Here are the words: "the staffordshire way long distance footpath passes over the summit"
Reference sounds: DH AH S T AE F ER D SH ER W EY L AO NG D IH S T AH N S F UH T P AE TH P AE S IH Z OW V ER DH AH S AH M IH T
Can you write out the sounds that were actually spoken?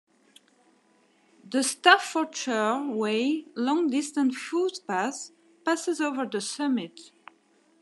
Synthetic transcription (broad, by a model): DH AH S T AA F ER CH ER W EY L AO NG D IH S T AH N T F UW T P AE S P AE S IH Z OW V ER DH AH S AH M IH T